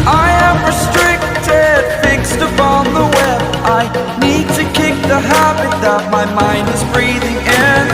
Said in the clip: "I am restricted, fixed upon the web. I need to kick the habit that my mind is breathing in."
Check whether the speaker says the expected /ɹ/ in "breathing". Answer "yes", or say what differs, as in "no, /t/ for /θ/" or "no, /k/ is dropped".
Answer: yes